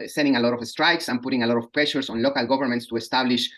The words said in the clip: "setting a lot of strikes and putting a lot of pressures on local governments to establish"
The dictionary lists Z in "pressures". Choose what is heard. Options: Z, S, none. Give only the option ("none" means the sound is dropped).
S